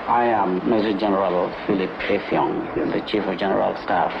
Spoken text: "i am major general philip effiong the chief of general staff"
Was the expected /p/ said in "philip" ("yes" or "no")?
yes